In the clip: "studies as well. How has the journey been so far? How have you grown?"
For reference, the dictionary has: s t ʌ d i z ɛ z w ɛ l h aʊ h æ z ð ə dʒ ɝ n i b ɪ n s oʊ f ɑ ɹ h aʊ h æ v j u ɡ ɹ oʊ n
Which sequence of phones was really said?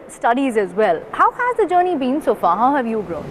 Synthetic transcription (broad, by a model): s t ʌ d i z ɛ z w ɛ l h aʊ h æ z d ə dʒ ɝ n i b ɪ n s oʊ f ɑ h aʊ h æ v j u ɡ ɹ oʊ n